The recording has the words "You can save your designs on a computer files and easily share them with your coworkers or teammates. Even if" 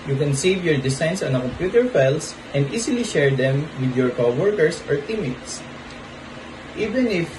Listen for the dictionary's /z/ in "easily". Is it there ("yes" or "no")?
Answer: no